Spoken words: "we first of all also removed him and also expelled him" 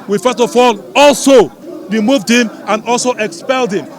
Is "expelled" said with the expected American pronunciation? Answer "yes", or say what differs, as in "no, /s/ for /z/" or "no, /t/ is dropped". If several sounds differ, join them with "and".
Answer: yes